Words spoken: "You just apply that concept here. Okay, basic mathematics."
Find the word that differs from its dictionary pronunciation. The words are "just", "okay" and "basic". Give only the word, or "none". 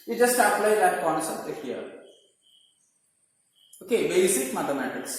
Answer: none